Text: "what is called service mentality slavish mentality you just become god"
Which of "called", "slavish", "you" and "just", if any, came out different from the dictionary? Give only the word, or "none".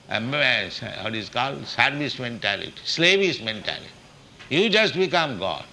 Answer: slavish